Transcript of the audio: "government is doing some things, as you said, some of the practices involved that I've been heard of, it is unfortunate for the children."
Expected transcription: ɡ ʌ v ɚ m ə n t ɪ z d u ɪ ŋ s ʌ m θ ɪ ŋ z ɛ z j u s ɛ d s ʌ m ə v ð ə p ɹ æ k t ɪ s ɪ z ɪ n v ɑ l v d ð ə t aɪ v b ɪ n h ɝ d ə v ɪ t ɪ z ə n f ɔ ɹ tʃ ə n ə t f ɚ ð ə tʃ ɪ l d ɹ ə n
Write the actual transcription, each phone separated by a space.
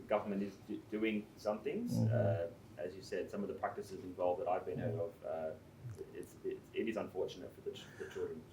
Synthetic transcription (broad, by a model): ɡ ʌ v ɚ m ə n t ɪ z d u ɪ ŋ s ʌ m θ ɪ ŋ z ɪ z j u s ɛ d s ʌ m ə v ð ə p ɹ æ k t ɪ s ɪ z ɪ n v ɑ l v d ð ə t aɪ v b ɪ n h ɝ d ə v ɪ t ɪ z ə n f ɔ ɹ tʃ ə n ə t f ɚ ð ə tʃ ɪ l d ɹ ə n